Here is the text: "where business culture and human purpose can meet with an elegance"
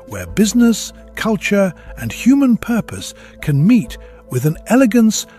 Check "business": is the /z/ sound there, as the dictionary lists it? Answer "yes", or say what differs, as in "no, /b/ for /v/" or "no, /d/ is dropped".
yes